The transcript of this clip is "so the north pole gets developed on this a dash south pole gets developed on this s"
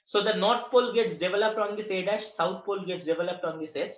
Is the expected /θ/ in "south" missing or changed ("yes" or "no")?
yes